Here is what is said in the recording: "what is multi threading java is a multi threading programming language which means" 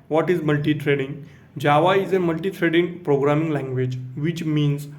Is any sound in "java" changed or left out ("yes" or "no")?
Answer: no